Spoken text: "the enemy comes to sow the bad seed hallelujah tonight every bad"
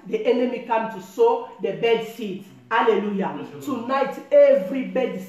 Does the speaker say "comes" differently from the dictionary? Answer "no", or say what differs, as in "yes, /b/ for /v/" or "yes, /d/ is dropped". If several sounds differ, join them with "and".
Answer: yes, /z/ is dropped